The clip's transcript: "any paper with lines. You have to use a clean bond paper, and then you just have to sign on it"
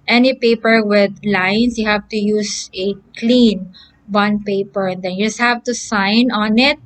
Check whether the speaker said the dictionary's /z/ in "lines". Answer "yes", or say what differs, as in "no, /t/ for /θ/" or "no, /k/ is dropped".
no, /s/ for /z/